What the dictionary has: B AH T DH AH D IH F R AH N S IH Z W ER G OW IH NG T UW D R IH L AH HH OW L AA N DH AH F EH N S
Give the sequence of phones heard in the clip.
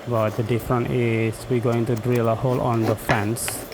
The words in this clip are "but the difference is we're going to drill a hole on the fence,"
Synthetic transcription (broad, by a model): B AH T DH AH D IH F R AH N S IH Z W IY G OW IH NG T UW D R IH L AH HH OW L AA N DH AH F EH N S